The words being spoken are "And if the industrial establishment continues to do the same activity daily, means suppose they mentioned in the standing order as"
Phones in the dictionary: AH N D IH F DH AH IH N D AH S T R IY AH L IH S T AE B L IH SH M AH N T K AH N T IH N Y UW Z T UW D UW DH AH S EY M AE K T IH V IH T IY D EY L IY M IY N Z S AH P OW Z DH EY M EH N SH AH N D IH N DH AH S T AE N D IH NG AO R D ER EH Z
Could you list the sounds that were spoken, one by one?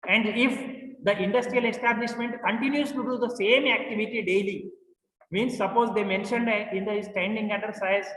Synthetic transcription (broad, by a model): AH N D IH F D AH IH N D AH S T R IY AH L IH S T AE B L IH SH M AH N T K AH N T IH N Y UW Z T UW D UW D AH S EY M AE K T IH V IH T IY D EY L IY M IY N S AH P OW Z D EY M EH N SH AH N D IH N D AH S T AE N D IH NG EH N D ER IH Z